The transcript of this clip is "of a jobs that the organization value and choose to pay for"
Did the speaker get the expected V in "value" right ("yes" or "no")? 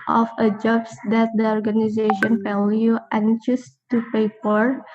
no